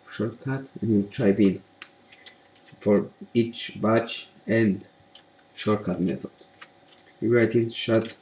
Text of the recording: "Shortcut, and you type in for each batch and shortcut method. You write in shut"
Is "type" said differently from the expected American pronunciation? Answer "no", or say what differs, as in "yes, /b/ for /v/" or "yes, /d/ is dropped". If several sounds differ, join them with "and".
yes, /b/ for /p/